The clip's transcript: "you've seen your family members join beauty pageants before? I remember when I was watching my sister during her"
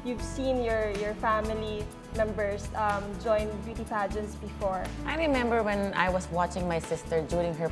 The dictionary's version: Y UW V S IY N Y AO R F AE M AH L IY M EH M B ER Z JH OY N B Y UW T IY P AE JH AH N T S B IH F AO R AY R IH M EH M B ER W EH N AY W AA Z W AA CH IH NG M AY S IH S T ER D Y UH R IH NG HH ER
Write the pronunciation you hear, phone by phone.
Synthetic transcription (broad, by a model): Y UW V S IY N Y AO R F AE M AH L IY M EH M B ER S JH OY N B Y UW T IY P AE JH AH N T S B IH F AO R AY R IH M EH M B ER W EH N AY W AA S W AA CH IH NG M AY S IH S T ER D Y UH R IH NG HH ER